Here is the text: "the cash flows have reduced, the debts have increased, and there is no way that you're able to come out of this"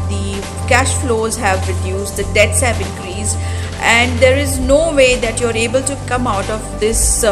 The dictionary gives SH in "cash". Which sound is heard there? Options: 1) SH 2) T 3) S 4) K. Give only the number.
1